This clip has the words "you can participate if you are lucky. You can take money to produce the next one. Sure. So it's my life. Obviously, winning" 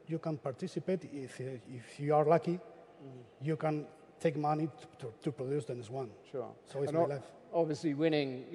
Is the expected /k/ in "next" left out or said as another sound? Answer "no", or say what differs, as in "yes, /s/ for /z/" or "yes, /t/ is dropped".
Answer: yes, /k/ is dropped